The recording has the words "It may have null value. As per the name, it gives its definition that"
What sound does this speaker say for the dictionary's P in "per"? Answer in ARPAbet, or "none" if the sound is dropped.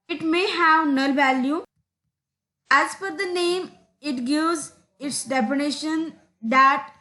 F